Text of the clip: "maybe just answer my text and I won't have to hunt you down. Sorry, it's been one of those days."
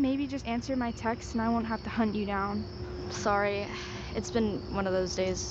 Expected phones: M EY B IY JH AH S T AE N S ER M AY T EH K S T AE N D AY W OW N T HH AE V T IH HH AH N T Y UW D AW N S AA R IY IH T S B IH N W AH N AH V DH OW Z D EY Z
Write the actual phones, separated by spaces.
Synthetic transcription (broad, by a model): M EY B IY JH AH S T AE N S ER M AY T EH K S T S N AY W OW N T HH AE F T IH HH AH N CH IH D AW N S AA R IY IH T S B IH N W AH N AH V DH OW Z D EY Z